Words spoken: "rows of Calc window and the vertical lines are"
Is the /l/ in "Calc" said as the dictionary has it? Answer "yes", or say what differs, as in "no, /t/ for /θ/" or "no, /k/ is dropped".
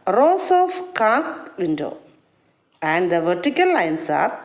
no, /l/ is dropped